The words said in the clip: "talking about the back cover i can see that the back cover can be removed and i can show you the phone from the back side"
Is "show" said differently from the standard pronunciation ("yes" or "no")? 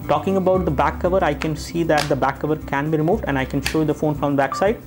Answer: no